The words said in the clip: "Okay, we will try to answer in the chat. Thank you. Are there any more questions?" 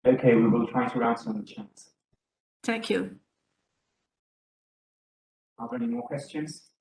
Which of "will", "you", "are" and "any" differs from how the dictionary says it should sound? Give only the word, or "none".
are